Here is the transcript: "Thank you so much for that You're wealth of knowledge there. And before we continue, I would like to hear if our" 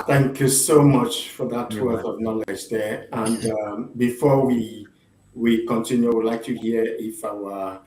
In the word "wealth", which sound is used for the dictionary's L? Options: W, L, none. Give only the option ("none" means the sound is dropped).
none